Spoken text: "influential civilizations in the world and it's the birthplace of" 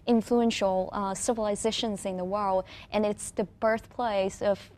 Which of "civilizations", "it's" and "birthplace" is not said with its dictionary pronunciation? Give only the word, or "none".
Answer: none